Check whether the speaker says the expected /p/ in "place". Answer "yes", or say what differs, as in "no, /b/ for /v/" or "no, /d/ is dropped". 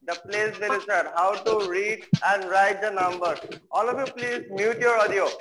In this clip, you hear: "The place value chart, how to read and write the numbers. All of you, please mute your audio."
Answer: yes